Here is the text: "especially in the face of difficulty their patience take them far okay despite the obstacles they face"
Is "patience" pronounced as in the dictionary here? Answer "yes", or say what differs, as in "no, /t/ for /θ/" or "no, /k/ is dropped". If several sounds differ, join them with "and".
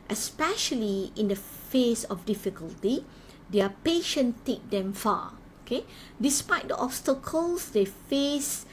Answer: no, /s/ is dropped